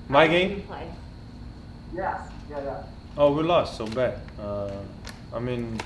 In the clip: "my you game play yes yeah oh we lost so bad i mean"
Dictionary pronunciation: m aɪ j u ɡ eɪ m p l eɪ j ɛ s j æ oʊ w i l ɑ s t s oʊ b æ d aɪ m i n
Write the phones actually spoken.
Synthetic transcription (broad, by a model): m aɪ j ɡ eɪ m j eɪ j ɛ j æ oʊ w i l ɑ s t s oʊ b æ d aɪ m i n